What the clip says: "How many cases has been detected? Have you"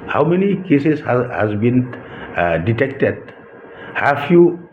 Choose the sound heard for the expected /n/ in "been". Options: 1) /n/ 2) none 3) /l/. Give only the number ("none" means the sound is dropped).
1